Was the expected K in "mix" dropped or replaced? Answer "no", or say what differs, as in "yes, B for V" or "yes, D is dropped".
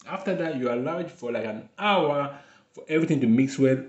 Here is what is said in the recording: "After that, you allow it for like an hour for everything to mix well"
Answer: no